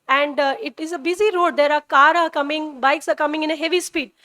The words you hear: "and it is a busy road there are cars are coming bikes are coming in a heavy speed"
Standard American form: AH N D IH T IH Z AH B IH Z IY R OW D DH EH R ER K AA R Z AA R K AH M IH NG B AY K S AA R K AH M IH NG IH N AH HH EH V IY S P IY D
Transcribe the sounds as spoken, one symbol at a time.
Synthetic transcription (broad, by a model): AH N D IH T IH Z AH B IH Z IY R OW D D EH R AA K AA R AA R K AH M IH NG B AY K S AA R K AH M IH NG IH N AH HH EH V IY S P IY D